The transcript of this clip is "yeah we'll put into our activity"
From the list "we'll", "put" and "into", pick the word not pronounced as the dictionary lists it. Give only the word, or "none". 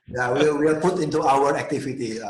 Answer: we'll